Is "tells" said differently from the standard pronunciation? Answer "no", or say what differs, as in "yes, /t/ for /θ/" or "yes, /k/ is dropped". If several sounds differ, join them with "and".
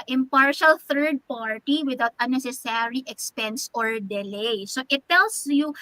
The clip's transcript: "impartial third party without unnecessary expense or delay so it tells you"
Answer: yes, /s/ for /z/